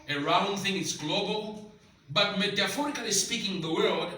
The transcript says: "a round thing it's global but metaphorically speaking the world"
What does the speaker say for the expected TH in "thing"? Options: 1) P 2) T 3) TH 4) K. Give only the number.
3